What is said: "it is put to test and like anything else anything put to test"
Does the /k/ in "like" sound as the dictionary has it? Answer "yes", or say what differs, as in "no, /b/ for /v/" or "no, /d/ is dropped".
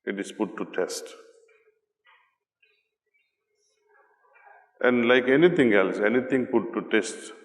yes